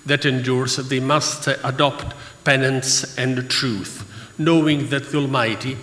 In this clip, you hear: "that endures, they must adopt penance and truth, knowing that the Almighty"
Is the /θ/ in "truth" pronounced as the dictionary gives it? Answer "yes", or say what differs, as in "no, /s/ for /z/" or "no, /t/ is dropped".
yes